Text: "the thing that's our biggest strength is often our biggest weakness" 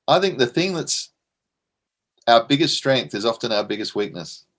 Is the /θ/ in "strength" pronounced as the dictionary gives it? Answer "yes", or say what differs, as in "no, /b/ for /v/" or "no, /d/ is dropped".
yes